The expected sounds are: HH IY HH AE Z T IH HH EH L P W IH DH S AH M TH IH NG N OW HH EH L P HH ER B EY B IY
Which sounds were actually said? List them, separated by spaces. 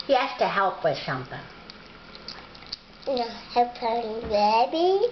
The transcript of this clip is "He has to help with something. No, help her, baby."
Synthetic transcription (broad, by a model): HH IY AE S T IH HH EH L P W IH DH SH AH M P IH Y N OW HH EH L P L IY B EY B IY